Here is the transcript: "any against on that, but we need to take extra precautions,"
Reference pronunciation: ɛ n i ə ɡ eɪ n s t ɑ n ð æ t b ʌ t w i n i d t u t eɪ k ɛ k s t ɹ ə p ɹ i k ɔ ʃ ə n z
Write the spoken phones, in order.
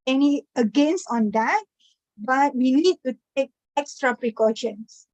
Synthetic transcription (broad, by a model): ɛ n i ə ɡ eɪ n s ɑ n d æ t b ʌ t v i n i d t u t eɪ k ɛ k s t ɹ ə p ɹ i k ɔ ʃ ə n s